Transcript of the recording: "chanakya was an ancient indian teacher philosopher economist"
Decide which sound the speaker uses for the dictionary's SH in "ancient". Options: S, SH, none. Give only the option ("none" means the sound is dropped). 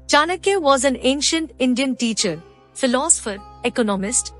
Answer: SH